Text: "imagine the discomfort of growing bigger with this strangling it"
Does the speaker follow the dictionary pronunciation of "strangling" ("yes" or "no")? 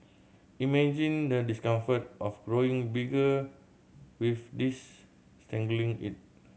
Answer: no